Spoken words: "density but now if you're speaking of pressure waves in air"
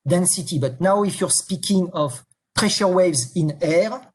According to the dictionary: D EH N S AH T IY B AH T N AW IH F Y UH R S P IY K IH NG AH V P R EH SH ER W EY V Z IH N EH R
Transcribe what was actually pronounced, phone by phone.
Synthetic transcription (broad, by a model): D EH N S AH T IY B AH T N AW IH F Y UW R S P IY K IH NG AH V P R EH SH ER W EY V Z IH N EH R